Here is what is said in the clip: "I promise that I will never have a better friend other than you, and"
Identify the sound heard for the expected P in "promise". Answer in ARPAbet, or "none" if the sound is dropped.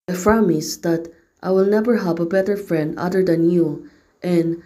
F